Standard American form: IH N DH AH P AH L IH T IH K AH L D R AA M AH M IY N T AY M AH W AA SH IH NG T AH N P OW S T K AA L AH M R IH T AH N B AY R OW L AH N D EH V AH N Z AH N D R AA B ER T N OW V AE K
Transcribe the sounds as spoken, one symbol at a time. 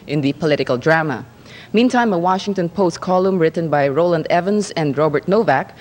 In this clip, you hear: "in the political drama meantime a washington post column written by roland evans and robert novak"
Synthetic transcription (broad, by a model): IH N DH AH P AH L IH T IH K AH L D R AA M AH M IY N T AY M AH W AA SH IH NG T AH N P OW S T K AA L AH M R IH T AH N B AY R OW L AH N D EH V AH N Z AH N D R AA B ER T N OW V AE K